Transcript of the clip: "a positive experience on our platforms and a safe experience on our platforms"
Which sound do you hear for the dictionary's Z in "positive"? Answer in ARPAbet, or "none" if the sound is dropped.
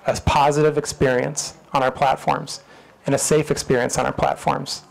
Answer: Z